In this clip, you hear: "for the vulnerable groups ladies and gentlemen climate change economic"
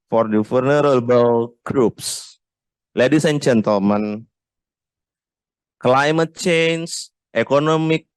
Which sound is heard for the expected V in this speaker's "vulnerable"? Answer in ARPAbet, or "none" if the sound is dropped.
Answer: F